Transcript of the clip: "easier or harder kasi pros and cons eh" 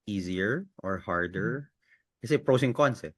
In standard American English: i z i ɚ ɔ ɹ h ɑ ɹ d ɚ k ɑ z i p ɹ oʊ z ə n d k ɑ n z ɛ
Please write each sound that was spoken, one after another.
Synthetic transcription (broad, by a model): i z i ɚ ɔ ɹ h ɑ ɹ d ɚ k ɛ s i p ɹ oʊ s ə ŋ k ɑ n s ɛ